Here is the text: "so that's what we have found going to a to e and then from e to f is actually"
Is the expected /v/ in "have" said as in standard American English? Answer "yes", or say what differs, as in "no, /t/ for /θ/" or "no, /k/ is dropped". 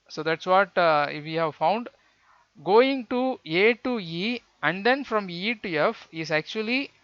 yes